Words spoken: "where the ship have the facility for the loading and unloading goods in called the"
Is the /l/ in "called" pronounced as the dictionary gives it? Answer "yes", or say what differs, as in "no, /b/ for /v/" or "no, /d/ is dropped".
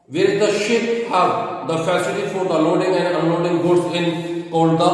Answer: no, /n/ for /l/